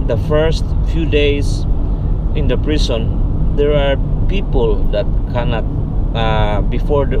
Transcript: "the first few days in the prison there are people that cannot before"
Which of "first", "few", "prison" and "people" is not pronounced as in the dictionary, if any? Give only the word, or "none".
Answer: prison